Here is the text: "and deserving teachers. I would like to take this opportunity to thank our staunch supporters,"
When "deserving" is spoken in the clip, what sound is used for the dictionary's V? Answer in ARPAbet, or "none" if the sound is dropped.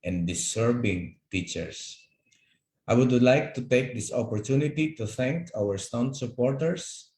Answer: B